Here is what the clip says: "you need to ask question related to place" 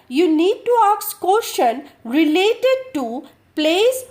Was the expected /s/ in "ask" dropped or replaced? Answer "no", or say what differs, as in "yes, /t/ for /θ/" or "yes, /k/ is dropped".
yes, /s/ is dropped